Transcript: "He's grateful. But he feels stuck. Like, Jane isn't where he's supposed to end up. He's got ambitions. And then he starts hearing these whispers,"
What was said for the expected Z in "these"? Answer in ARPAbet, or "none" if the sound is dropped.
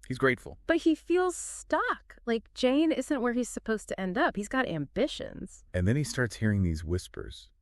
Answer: Z